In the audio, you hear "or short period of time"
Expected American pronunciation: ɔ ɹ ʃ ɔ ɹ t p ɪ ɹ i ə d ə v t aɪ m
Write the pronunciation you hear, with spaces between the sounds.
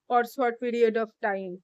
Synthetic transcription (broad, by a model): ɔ ɹ s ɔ ɹ t p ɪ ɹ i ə d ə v t aɪ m